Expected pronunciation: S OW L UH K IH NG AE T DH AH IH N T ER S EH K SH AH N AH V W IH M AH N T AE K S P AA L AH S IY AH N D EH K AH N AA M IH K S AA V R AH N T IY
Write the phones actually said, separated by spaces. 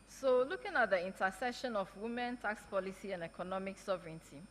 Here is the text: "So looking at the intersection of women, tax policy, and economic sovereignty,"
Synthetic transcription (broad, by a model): S OW L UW K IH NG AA T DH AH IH N T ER S EH SH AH N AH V W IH M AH N T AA K S P AA L AH S IY AH N D EH K AH N AA M IH K S AA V R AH N T IY